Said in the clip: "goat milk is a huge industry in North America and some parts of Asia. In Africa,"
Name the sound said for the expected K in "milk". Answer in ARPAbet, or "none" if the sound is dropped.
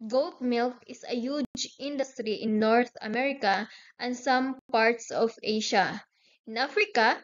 K